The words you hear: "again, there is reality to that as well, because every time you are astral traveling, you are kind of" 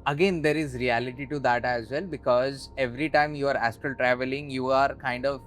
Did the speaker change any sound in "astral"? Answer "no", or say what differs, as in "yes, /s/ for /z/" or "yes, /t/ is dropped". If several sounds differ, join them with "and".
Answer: yes, /ɹ/ is dropped